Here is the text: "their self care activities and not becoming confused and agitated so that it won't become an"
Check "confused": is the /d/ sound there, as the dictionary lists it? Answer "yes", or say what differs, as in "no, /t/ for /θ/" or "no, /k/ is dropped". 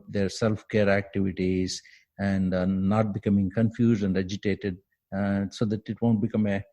yes